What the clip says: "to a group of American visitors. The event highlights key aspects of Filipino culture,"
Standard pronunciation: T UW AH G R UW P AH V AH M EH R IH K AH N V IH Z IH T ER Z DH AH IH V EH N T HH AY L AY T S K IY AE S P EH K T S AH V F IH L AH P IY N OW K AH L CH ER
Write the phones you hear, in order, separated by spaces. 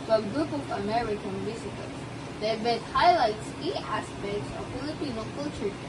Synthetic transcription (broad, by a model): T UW AH G R UW P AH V AH M EH R IH K AH N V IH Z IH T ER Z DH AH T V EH T HH AY L AY T S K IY AE S P EH K T S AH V F IH L AH P IY N OW K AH L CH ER